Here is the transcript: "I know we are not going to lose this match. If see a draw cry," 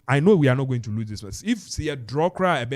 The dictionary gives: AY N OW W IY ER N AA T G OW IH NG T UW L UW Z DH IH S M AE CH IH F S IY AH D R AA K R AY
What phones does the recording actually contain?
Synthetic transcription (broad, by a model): AY N OW W IY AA N AA T G OW IH NG T UW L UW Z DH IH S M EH S IH F S IY AH D R AA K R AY